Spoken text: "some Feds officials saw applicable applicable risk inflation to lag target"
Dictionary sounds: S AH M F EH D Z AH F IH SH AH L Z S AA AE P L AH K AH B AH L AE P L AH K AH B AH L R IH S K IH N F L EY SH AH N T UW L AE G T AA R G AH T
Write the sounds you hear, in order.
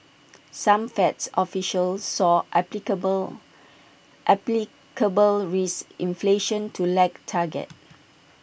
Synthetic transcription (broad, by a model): S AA M F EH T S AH F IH SH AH L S AA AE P L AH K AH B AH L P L K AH B AH L R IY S IH N F L EY SH AH N T UW L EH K T AA G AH T